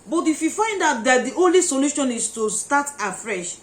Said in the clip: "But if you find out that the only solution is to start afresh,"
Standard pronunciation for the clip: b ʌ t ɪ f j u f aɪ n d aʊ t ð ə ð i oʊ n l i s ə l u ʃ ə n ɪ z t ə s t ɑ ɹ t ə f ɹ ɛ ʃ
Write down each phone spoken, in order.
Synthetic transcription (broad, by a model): b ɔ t ɪ f j u f aɪ n d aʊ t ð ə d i oʊ n l i s ə l u ʃ ə n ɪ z t ə s t ɑ t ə f ɹ ɛ ʃ